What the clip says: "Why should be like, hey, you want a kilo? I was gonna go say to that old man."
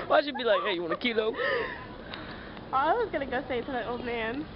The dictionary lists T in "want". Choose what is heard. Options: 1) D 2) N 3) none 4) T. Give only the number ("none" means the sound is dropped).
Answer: 3